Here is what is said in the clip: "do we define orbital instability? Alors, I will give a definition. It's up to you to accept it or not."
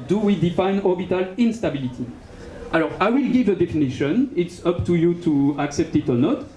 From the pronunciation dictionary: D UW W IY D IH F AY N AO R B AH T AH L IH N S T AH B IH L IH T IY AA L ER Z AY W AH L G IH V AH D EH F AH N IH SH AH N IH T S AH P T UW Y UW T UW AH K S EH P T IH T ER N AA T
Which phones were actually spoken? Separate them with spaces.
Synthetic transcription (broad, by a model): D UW W IY D IH F AY N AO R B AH T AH L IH N S T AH B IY L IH T IY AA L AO AY W AH L G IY V AH D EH F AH N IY SH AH N IH T S AH P T UW Y UW T UW AH K S EH P T IH T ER N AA T